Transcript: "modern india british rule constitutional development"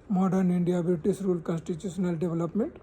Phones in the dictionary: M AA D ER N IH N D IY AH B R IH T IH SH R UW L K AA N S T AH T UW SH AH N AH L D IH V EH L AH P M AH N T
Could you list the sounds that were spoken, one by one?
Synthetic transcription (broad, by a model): M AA D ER N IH N D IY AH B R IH T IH S R UW L K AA N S T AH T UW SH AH N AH L D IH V L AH P M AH N T